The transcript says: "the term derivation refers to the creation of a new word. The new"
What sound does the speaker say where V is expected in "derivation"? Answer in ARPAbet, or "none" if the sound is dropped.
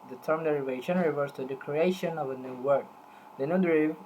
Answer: V